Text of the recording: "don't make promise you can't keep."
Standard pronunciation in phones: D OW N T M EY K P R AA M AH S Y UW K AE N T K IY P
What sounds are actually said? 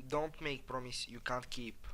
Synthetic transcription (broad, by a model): D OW N T M EY K P R AA M AH S Y UW K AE N T K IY P